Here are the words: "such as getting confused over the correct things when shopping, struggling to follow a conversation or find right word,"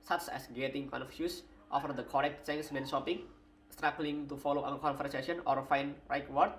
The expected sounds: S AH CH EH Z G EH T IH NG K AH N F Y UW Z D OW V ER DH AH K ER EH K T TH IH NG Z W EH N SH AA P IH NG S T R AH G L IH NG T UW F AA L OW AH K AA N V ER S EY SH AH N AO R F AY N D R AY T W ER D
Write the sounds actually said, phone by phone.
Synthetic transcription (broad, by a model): S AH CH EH S G EH T IH NG K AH N F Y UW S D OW F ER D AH K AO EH K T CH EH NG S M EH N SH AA P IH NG S T R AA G L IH NG T UW F AA L OW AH K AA N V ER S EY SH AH N AO R F AY N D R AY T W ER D